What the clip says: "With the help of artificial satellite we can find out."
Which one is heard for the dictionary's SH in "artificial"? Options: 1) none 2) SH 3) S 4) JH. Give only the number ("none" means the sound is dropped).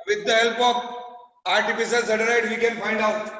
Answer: 3